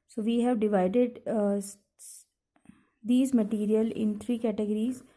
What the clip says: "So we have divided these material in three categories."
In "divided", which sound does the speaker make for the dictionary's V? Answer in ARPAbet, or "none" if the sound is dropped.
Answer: V